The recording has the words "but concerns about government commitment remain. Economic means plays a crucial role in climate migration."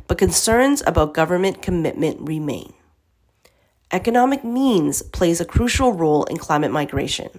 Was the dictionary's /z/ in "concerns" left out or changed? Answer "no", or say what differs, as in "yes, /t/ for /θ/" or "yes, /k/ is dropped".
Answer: no